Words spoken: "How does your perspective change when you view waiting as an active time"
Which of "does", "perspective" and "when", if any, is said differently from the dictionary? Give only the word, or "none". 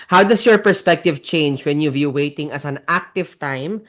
does